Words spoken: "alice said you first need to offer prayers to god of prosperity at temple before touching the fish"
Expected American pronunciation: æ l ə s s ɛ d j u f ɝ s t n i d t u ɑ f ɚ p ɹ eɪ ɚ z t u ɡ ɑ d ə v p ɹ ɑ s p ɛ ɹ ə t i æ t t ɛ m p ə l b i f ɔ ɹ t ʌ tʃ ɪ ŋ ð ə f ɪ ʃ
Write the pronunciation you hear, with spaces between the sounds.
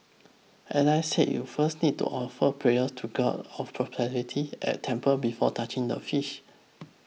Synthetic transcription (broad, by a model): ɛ n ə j s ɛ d j u f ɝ s t n i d t u ɑ f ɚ p ɹ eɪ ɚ s t u ɡ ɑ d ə f p ɹ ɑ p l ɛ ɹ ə t i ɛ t t ɛ m p ə b i f ɔ t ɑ tʃ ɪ ŋ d ə f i ʃ